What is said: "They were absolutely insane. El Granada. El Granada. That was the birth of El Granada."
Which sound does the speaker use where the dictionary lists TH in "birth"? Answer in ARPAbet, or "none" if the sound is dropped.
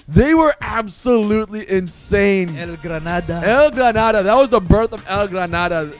TH